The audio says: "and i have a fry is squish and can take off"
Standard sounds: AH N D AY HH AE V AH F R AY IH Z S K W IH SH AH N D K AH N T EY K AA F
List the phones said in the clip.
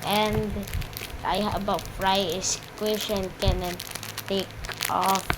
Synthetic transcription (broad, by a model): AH N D AY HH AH B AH F R AY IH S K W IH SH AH N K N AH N T EY K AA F